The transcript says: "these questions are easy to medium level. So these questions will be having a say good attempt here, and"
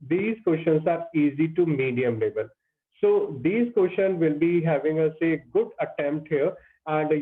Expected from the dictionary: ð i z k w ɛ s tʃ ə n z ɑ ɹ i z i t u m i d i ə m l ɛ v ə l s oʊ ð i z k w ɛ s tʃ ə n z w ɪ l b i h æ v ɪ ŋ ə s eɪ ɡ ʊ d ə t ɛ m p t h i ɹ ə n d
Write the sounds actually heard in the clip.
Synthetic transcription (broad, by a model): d i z k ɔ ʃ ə n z ɑ ɹ i z i t u m i d i ə m l ɛ b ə l s oʊ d i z k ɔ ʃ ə n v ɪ l b i h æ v ɪ ŋ ə s eɪ ɡ ʊ d ə t ɛ m p t h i ɹ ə n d